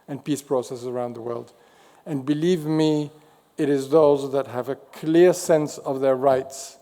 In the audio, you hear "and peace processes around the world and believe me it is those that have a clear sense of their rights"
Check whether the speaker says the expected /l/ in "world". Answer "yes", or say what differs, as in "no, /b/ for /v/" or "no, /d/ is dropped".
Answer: yes